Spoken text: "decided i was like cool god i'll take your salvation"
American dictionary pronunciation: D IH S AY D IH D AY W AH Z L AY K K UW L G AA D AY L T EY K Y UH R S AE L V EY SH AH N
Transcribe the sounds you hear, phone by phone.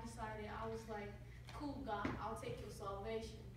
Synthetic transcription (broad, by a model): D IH S AY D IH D AY W AH Z L AY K K UW L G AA AY L T EY K Y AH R S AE L V EY SH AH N